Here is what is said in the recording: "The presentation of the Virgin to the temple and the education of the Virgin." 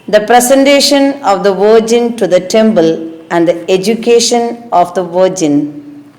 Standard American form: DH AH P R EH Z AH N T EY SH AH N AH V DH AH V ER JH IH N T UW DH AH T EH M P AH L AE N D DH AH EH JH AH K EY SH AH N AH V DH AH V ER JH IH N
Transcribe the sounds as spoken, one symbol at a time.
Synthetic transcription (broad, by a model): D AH P R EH S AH N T EY SH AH N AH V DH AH V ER JH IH N T UW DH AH T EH M B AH L AE N D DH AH EH JH AH K EY SH AH N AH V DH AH V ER JH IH N